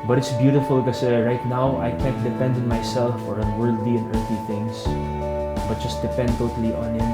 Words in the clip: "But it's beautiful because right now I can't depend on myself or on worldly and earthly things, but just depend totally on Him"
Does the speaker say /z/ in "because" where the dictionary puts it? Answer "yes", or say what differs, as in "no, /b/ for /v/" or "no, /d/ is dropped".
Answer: no, /z/ is dropped